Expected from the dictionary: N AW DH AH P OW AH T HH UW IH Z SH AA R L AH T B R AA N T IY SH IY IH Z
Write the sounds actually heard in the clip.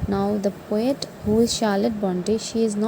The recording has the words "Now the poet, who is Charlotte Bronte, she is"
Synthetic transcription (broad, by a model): N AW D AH P OW AH T HH UW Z SH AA L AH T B AA N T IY SH IY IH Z